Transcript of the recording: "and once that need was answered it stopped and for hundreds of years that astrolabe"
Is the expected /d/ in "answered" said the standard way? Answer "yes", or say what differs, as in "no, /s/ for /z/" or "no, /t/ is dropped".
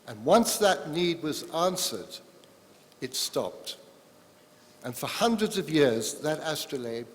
yes